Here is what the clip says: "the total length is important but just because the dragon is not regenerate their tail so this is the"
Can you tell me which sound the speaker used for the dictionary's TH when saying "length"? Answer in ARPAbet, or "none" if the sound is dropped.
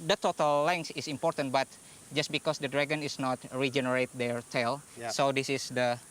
S